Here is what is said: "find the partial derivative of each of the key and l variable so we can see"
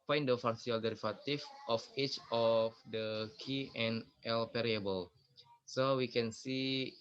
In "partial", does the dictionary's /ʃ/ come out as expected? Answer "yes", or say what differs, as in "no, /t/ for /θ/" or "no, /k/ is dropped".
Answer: no, /s/ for /ʃ/